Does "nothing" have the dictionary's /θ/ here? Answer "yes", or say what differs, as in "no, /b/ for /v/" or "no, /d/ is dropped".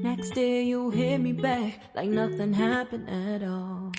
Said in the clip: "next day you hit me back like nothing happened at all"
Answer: yes